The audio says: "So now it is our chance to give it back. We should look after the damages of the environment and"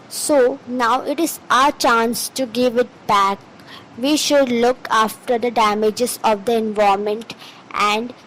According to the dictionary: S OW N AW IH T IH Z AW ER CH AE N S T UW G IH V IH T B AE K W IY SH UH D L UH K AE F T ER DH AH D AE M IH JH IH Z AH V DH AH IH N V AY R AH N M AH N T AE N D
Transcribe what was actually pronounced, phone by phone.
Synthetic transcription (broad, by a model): S OW N AW IH T IH Z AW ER CH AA N S T UW G IH V IH T B AE K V IY SH UH D L UH K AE F T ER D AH D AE M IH JH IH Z AH V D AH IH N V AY AH M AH N T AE N D